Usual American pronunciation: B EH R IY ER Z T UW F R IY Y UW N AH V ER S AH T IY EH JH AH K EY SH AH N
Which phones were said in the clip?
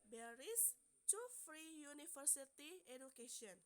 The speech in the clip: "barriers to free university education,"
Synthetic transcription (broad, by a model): B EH R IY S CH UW F R IY Y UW N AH F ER S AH T IY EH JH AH K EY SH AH N